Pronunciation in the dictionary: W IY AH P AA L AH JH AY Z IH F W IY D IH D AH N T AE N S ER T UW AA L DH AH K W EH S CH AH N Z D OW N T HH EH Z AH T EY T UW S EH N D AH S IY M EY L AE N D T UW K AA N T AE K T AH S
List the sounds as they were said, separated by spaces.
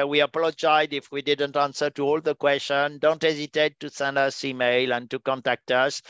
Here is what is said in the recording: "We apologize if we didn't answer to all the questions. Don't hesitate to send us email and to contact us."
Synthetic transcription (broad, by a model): W IY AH P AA L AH JH AY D IH F W IY D IH D AH N T AE N S ER T UW AA L DH AH K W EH S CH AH N D OW N T HH EH Z AH T EY T UW S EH N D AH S IY M EY L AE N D T UW K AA N T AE K T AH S